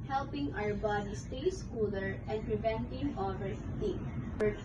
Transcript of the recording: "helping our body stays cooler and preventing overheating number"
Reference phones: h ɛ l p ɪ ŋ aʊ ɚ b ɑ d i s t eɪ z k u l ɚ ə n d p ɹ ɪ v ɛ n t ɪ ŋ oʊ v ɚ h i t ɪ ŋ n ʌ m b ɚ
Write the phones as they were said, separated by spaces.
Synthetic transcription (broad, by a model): h ɛ l p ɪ ŋ aʊ ɚ b ɑ d i s t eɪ s k u l ɚ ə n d p ɹ ɪ v ɛ n t ɪ ŋ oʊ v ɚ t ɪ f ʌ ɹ